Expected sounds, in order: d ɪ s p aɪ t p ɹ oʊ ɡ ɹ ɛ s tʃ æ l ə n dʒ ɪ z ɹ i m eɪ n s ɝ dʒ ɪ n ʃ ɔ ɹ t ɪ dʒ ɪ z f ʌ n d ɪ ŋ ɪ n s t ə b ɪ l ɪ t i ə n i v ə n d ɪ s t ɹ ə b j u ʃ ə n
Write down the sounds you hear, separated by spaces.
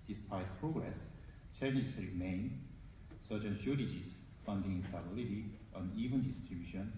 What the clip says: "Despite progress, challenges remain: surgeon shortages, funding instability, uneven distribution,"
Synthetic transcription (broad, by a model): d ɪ s p aɪ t p ɹ oʊ ɡ ɹ ɛ s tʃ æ n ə dʒ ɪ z ɹ i m eɪ n s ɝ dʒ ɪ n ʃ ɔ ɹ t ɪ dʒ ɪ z f ʌ n d ɪ ŋ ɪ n s t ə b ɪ l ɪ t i ə n i v ə n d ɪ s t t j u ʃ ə n